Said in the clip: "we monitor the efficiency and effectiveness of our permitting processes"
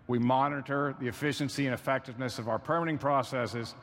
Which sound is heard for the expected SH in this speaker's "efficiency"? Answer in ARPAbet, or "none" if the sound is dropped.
SH